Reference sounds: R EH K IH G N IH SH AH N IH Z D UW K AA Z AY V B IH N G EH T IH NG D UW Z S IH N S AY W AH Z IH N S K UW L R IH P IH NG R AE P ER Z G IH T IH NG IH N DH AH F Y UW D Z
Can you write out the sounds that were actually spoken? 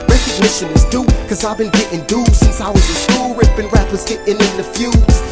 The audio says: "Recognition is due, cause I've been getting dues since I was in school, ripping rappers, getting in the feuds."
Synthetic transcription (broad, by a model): R EH K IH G N IH SH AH N IH Z D UW K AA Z AY V B IH N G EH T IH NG D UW S IH N S AY W AH Z IH N S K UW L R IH B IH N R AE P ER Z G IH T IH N IH N DH AH F Y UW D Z